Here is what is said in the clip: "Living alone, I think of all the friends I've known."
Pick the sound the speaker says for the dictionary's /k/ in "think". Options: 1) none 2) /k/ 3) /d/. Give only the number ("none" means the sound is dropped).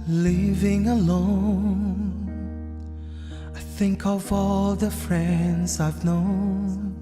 2